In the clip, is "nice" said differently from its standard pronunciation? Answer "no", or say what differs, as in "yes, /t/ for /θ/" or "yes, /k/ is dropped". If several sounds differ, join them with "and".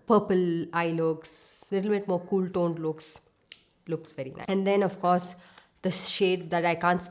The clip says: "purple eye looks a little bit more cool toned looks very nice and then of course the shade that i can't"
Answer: yes, /s/ is dropped